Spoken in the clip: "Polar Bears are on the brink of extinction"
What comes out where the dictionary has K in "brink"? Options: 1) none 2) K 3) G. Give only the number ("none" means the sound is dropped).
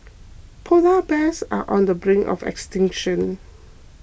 1